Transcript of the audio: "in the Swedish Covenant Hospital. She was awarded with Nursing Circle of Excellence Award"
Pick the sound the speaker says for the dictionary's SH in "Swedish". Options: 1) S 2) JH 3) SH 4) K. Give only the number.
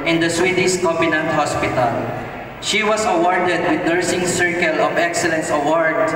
1